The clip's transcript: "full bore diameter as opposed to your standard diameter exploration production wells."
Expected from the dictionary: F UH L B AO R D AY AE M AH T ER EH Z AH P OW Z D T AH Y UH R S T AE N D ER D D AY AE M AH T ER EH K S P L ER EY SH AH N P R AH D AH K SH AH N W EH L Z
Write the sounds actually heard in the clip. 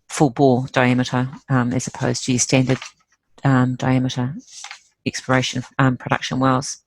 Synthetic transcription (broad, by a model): F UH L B AO L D AY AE M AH T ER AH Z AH P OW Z T AH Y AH S T AE N D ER D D AY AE M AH T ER EH K S P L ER EY SH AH N P R AH D AH K SH AH N W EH L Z